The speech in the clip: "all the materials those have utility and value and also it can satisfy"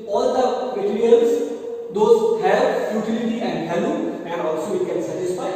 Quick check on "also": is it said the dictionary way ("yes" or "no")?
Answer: yes